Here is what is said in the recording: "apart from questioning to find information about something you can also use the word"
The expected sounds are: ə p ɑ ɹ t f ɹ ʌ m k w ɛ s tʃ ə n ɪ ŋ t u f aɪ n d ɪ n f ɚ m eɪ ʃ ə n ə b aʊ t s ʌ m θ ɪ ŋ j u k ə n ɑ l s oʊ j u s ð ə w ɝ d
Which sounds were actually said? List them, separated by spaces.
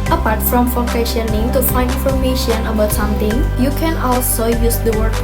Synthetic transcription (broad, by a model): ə p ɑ ɹ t f ɹ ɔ m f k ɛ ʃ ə n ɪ ŋ t u f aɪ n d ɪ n f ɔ m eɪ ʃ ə n ə b aʊ t s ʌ m t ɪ ŋ j u k ə n ɑ l s oʊ j u s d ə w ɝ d